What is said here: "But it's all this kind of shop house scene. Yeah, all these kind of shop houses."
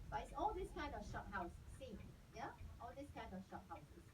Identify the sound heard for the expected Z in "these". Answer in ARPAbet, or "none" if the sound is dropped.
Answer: S